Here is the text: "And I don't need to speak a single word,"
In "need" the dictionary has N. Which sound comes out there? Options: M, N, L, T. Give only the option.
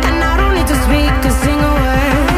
L